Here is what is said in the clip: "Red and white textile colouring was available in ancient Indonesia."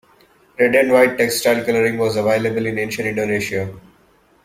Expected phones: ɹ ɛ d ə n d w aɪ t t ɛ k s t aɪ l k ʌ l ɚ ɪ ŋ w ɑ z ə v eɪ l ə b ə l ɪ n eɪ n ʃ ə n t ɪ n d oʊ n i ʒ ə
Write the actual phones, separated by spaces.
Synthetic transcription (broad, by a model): ɹ ɛ d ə n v aɪ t t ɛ k s t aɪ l k ʌ l ɚ ɪ ŋ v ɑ z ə v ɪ l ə b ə l ɪ n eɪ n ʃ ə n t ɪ n d oʊ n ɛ ʃ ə